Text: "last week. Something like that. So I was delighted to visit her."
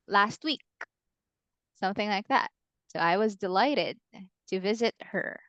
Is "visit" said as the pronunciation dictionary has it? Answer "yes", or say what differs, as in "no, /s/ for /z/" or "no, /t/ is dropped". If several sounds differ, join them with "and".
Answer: yes